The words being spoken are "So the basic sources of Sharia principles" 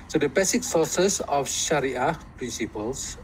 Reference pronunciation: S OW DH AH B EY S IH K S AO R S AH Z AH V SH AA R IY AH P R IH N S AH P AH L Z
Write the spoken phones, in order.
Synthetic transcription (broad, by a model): S OW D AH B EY S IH K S AO S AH S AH F SH AA R IY AH P R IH N S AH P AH L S